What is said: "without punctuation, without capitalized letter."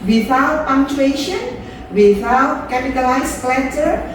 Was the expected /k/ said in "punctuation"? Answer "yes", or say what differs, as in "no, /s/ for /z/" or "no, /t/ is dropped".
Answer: no, /k/ is dropped